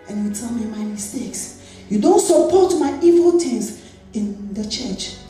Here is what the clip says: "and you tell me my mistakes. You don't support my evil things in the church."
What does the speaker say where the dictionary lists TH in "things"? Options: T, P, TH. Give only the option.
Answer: T